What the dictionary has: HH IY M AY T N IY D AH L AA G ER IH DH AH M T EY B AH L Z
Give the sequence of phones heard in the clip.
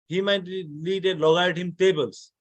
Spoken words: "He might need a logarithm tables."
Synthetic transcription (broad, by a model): HH IY M AY T L IY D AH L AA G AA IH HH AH M T EY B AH L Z